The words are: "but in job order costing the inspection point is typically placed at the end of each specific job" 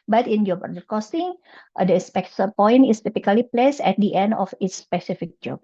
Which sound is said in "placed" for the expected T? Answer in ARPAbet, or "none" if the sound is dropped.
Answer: none